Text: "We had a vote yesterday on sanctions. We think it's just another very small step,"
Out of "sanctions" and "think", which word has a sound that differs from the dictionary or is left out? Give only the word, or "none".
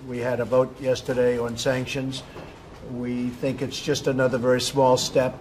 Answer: none